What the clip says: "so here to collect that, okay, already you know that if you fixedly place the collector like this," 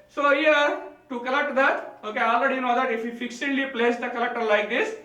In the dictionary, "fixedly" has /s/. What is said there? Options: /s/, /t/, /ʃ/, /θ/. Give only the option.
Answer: /ʃ/